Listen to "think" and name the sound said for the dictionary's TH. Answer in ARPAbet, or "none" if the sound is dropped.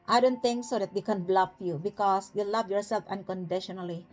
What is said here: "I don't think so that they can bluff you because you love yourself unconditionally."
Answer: T